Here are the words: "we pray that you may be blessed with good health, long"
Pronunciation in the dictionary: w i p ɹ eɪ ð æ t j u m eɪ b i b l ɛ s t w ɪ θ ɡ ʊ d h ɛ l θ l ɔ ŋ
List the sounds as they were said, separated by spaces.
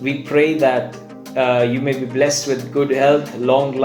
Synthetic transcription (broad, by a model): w i p ɹ eɪ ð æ t j u m eɪ b i b l ɛ s t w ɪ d ɡ ʊ d h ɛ l t l ɔ ŋ